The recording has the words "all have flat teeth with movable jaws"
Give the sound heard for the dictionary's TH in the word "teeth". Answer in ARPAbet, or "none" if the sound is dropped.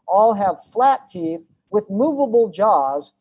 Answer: TH